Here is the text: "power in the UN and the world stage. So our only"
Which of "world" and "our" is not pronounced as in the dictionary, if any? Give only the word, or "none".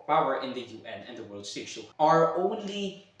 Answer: none